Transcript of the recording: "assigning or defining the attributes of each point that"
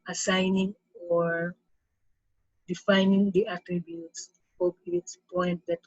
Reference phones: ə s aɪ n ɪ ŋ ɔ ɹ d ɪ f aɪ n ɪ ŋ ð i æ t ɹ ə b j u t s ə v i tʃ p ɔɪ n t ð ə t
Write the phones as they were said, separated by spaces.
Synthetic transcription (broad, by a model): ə s aɪ n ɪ ŋ ɔ ɹ d ɪ f aɪ n ɪ ŋ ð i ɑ t ɹ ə b j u t s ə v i s p ɔɪ n t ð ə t